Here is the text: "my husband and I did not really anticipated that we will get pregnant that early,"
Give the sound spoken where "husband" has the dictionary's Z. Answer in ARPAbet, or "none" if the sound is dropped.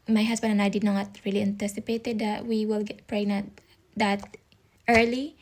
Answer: S